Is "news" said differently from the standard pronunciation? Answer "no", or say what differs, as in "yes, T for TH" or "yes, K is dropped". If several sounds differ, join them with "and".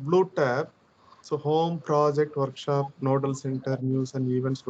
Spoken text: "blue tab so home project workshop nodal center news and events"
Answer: yes, S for Z